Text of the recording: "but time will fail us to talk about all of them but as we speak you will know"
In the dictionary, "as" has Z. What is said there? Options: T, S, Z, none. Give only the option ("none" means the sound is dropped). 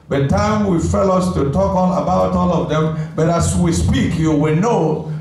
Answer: S